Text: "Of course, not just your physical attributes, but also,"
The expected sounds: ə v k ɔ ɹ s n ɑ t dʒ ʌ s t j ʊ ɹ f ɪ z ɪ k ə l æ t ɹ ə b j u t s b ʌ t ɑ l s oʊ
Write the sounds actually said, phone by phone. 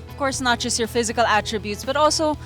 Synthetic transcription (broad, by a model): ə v k ɔ ɹ s n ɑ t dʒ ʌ s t j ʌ ɹ f ɪ z ɪ k ə l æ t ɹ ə b j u t s b ʌ t ɑ l s oʊ